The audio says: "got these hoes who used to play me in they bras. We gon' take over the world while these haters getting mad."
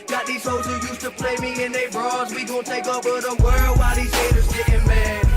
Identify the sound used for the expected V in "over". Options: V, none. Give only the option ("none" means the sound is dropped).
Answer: none